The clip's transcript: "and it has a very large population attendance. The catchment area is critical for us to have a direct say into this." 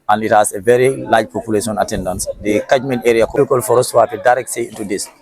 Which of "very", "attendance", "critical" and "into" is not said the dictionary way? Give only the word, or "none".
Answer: critical